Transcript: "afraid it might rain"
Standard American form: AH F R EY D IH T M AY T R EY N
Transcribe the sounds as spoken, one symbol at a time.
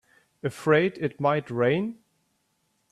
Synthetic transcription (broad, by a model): AH F R EY D IH T M AY T R EY N